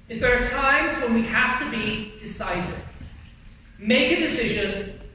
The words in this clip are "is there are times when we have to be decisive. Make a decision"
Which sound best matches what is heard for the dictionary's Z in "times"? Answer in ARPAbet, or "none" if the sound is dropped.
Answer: Z